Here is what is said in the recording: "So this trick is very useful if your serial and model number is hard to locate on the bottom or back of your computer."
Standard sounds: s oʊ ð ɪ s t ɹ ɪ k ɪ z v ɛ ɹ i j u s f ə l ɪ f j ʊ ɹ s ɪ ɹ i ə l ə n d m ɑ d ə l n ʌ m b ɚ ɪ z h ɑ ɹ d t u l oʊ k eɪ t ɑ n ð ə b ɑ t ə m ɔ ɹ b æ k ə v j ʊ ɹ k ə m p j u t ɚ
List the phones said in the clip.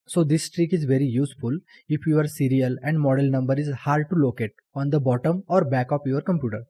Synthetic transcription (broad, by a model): s oʊ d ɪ s t ɹ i k ɪ z v ɛ ɹ i j u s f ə l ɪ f j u ɹ s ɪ ɹ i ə l ə n d m ɑ d ə l n ʌ m b ɚ ɪ z h ɑ ɹ d t u l oʊ k eɪ t ɑ n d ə b ɑ t ə m ɔ ɹ b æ k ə p j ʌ ɹ k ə m p j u t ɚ